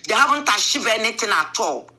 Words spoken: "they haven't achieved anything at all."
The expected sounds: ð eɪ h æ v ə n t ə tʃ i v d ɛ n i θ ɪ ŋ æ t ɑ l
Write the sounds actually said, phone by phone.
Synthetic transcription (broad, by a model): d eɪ h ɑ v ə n t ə ʃ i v ɛ n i t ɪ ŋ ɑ t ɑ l